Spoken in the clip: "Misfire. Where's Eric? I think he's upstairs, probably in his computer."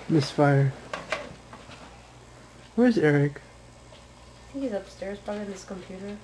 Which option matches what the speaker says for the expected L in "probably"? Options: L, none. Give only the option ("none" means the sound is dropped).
none